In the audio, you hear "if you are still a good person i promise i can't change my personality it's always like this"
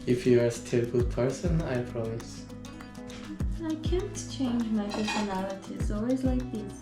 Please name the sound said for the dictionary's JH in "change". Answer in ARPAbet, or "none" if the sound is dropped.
JH